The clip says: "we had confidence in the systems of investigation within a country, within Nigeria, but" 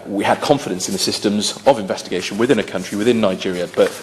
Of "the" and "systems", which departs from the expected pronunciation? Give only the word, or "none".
none